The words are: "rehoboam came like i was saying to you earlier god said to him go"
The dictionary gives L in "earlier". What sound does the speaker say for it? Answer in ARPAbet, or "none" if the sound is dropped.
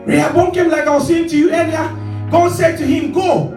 N